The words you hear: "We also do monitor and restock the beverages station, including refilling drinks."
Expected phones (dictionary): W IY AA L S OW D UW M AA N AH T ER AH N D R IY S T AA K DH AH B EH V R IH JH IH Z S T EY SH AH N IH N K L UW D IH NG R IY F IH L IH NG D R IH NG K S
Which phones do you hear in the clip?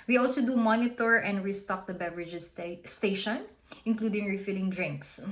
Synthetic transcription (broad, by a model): W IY AA L S OW D UW M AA N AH T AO AH N D R IY S T AA K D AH B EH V R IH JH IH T S T EY SH AH N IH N K L UW D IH NG R IY F IH L IH NG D R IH NG K S